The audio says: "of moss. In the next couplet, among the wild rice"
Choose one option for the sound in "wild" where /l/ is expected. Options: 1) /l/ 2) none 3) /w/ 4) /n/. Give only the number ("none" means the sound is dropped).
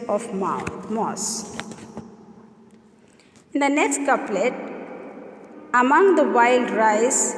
1